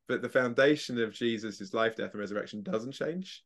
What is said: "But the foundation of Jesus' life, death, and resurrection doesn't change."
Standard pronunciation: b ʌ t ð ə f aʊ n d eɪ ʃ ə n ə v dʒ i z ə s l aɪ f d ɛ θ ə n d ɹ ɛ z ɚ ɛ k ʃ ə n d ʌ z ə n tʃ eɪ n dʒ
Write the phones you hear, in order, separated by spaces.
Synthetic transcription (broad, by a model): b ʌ t ð ə f aʊ n d eɪ ʃ ə n ə v dʒ i z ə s l aɪ f d ɛ θ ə n ɹ ɛ z ɚ ɛ k ʃ ə n d ʌ z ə n tʃ eɪ n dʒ